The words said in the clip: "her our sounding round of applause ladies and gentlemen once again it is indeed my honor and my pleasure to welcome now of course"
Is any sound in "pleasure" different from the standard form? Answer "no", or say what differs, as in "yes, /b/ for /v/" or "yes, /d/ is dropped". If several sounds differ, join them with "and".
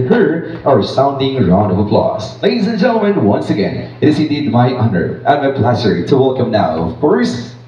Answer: yes, /s/ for /ʒ/